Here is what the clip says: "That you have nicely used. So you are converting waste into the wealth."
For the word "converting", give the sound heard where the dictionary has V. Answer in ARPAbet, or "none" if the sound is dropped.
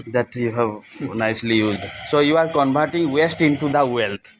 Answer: B